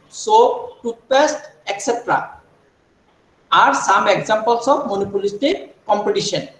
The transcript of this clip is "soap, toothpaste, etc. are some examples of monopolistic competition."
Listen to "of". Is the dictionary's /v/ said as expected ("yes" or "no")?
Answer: no